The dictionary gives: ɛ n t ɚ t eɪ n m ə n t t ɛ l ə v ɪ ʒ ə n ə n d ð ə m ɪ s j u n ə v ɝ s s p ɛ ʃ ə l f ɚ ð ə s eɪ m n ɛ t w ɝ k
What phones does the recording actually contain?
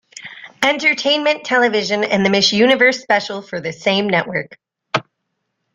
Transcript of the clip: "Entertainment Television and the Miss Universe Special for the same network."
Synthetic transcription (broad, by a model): ɛ n t ɚ t eɪ n m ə n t t ɛ l ə v ɪ ʒ ə n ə n ð ə m ɪ ʃ j u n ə v ɝ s s p ɛ ʃ l f ɚ ð ə s eɪ m n ɛ t w ɝ k